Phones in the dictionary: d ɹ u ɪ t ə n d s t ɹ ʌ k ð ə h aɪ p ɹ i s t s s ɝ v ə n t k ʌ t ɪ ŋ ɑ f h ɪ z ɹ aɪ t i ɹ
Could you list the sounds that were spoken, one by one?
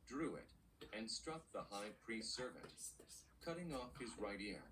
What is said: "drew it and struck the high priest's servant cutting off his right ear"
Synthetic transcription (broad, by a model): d ɹ u ɪ t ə n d s t ɹ ʌ k ð ə h aɪ p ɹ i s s s ɝ v ə n t k ʌ t ɪ ŋ ɑ f h ɪ z ɹ aɪ t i ɹ